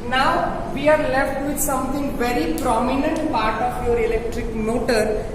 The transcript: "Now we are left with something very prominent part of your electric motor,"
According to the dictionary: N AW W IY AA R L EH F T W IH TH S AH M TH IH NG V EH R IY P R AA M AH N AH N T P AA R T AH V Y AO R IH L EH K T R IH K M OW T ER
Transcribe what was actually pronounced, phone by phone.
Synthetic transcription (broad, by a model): N AW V IY AA R L EH F T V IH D S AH M T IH NG V EH R IY P R AA M AH N AH N T P AA R T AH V Y AO R IH L EH K T R IH K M OW T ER